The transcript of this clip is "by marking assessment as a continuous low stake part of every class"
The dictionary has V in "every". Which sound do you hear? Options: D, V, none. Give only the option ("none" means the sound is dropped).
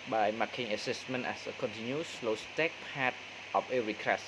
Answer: none